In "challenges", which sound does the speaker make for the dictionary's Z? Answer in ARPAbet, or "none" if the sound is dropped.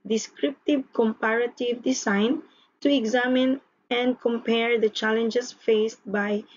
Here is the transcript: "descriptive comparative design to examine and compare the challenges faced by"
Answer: S